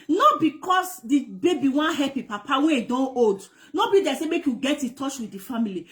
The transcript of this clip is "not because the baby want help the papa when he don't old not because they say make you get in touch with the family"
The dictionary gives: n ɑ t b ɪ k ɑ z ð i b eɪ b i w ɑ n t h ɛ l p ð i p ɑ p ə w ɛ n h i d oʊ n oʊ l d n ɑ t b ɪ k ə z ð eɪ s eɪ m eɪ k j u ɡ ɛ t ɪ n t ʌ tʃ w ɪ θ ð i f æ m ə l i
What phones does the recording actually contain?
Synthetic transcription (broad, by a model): n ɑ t b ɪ k ɑ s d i b eɪ b i w ɑ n h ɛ p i p ɑ p ə w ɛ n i d oʊ n oʊ d n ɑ b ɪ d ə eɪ s eɪ m eɪ k j u ɡ ɛ t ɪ t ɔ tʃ w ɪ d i f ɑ m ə l i